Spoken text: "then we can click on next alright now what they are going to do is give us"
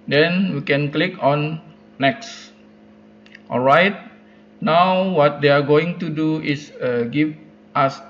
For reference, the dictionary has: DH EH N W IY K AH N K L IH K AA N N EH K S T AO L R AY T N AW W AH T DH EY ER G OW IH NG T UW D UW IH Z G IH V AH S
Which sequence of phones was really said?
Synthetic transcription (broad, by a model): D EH N W IY K AH N K L IH K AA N N EH K S T AO L R AY T N AW W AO T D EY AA G OW IH NG T UW D UW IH S G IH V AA S